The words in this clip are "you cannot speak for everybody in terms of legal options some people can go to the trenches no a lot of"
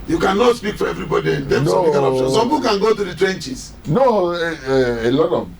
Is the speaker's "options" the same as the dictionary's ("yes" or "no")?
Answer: no